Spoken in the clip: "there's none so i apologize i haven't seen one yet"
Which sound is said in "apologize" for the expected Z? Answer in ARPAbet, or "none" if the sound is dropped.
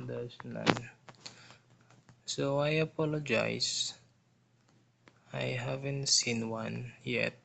S